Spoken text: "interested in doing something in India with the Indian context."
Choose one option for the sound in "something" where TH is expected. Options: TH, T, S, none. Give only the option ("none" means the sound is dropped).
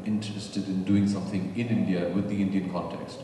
TH